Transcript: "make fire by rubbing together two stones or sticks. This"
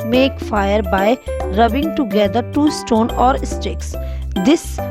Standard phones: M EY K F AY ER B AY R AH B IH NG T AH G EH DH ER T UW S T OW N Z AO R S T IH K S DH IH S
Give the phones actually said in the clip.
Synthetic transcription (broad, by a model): M EY K F AY ER B AY R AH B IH NG T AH G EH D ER T UW S T OW N AO R S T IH K S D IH S